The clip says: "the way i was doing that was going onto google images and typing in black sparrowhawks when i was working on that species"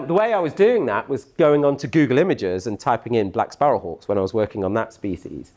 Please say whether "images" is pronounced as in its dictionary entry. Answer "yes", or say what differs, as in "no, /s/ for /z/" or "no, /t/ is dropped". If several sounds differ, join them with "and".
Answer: yes